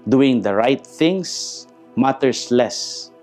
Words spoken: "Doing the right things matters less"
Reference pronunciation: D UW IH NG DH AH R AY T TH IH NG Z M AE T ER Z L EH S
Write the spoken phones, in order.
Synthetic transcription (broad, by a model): D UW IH NG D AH R AY T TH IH NG S M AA T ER S L EH S